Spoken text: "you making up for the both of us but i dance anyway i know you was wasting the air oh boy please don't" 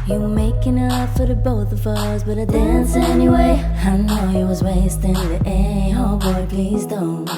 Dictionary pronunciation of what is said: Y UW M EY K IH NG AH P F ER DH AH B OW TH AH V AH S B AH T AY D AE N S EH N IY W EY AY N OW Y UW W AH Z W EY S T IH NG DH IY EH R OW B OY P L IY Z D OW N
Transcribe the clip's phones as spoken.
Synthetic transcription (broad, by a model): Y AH M EY K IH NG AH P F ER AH B OW TH AH V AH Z B AH T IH D AE N S EH N IY W EY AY N OW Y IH W AH Z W EY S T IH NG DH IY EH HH OW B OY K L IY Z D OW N